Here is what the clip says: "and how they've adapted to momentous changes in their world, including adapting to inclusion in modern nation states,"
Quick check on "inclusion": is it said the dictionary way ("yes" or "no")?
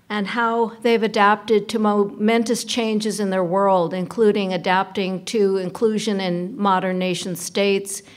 yes